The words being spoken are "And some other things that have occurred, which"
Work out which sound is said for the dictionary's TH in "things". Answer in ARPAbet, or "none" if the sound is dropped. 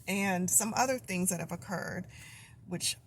TH